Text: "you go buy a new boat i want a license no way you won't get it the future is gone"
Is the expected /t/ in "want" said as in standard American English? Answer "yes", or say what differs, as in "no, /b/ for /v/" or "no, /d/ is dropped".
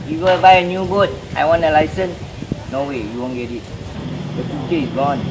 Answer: no, /t/ is dropped